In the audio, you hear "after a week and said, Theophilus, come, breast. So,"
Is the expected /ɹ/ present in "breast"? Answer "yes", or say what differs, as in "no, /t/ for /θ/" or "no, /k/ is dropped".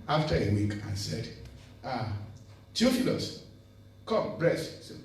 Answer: yes